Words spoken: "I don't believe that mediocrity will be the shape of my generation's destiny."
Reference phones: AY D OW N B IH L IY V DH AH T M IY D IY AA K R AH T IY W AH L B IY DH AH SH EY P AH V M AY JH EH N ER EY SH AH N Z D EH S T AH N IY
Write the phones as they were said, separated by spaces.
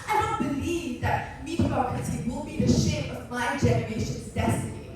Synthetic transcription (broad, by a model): AY D OW N B IH L IY V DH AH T M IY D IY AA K AH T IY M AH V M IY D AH SH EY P AH V M AY JH EH N ER EY SH AH N Z D EH S T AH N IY